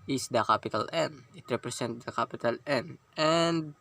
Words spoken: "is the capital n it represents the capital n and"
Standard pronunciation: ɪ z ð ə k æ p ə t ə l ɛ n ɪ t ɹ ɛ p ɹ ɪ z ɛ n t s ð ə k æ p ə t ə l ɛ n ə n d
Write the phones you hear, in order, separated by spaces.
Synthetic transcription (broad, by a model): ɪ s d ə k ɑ p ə t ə l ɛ n ɪ t ɹ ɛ p ɹ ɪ s ɛ n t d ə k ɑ p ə t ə l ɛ n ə n d